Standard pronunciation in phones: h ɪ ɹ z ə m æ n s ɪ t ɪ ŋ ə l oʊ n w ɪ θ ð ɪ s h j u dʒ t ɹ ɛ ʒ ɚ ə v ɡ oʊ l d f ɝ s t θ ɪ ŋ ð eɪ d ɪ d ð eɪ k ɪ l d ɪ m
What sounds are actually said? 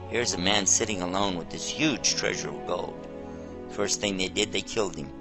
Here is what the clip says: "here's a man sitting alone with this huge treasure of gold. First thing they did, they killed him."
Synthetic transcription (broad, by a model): h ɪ ɹ z ə m æ n s ɪ t ɪ ŋ ə l oʊ n w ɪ ð ɪ s h j u dʒ t ɹ ɛ ʒ ɚ ə v ɡ oʊ l d f ɝ s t θ ɪ ŋ ð eɪ d ɪ d ð eɪ k ɪ l d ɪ m